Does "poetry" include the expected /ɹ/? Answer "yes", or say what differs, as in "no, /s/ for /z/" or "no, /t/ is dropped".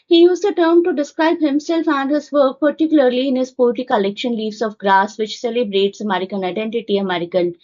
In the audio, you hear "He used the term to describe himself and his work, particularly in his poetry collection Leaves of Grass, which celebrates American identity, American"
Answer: no, /ɹ/ is dropped